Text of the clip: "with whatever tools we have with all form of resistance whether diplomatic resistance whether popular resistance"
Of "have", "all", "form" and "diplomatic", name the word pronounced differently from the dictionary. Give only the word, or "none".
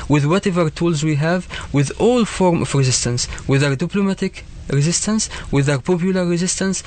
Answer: none